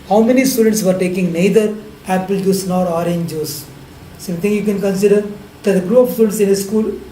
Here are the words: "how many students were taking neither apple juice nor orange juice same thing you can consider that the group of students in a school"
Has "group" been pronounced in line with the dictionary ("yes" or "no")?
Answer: no